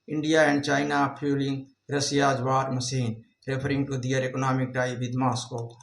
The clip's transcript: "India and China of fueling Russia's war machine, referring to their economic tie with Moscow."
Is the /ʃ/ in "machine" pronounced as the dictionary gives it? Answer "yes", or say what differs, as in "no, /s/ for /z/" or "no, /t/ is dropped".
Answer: no, /s/ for /ʃ/